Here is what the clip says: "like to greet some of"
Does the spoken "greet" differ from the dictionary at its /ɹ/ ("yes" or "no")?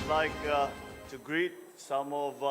no